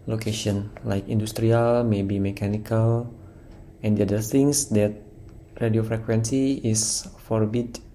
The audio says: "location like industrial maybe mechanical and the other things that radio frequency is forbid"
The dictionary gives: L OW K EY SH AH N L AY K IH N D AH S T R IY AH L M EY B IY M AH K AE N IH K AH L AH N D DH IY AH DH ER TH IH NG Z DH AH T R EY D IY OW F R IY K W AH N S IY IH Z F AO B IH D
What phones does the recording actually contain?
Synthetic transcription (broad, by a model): L OW K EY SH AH N L AY K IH N D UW S T R IY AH L M EY B IY M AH K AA N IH K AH L AH N D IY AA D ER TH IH NG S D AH T R EY D IY OW F R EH K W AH N S IY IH S F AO B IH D